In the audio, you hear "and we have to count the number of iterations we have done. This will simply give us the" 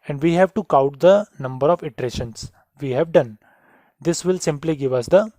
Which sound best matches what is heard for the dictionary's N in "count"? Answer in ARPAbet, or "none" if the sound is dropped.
none